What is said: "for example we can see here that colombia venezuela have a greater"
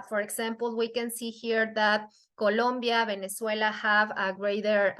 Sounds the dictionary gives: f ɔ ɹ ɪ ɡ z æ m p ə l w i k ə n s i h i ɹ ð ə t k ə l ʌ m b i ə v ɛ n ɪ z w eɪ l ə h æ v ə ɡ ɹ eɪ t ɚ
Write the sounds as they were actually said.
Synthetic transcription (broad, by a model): f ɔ ɹ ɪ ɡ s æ m p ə l w i k ə n s i h i ɹ ð ə t k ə l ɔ m b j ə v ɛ n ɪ s w eɪ l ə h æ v ə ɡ ɹ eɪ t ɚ